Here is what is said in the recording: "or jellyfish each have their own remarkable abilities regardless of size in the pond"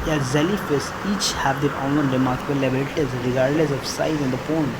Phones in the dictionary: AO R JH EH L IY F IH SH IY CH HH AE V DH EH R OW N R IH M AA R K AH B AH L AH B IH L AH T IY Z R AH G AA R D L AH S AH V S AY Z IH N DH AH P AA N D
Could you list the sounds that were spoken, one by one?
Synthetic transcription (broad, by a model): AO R Z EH L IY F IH S IY CH HH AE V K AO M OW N R IH M AA R K AH B AH L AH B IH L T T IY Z R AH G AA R D L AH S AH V S AY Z IH N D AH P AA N